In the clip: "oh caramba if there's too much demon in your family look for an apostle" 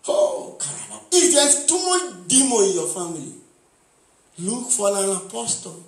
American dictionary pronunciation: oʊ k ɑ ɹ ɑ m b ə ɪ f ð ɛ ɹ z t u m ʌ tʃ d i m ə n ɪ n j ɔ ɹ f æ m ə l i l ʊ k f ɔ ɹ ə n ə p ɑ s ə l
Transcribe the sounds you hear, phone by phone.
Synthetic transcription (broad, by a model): oʊ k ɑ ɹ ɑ b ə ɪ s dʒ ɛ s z t u m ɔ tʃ d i m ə ɪ n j ɔ f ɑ m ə l i l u k f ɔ l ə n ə p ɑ s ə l